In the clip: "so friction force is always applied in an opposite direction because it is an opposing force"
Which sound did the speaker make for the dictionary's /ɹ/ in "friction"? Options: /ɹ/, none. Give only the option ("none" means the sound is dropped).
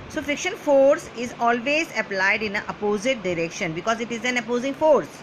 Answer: none